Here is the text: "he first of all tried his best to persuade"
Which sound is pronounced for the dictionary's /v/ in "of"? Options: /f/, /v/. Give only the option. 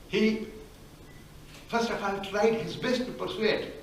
/f/